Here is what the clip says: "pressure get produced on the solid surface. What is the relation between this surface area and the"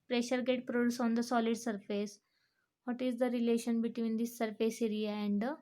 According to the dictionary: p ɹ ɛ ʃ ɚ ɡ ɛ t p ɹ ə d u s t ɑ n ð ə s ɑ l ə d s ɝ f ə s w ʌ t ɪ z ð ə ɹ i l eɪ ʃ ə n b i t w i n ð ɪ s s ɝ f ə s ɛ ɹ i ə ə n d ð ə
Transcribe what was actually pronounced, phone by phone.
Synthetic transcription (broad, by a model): p ɹ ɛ ʃ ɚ ɡ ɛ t p ɹ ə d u s ɑ n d ə s ɑ l ə d s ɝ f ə s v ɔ t ɪ z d ə ɹ i l eɪ ʃ ə n b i t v i n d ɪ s s ɝ f ə s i ɹ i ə ə n d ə